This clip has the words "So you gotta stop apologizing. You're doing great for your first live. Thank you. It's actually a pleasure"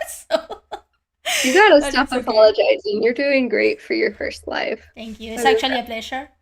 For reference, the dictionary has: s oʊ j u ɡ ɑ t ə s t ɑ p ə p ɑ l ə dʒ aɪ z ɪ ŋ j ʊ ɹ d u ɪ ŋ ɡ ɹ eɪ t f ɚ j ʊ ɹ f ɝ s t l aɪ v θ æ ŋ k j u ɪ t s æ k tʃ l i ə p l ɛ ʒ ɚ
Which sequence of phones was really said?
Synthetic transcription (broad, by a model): s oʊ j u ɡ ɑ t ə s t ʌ f ə p ɑ l ə dʒ aɪ z ɪ ŋ j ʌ ɹ d u ɪ ŋ ɡ ɹ eɪ t f ɚ j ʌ ɹ f ɝ s t l aɪ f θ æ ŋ k j u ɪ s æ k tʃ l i ə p l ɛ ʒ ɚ